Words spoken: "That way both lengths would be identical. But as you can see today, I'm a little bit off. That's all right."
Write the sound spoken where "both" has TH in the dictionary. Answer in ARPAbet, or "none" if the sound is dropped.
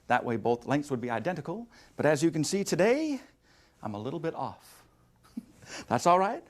TH